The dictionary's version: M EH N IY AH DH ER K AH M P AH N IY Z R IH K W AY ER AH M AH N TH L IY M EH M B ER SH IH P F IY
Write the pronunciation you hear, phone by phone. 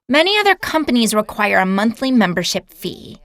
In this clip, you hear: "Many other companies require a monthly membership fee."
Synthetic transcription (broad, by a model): M EH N IY AH DH ER K AH M P AH N IY Z R IH K W AY ER AH M AH N TH L IY M EH M B ER SH IH P F IY